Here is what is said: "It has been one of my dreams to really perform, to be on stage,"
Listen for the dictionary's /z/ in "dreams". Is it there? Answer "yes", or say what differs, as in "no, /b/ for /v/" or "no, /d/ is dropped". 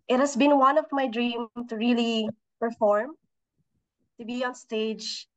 no, /z/ is dropped